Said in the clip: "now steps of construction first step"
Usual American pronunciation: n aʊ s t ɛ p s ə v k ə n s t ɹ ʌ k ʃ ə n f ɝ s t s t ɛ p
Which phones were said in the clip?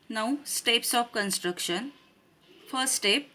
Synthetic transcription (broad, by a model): n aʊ s t ɛ p s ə p k ə n s t ɹ ʌ k ʃ ə n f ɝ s s t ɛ p